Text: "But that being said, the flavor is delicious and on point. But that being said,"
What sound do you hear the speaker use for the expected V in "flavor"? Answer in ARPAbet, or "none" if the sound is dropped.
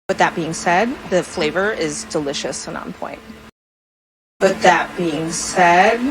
V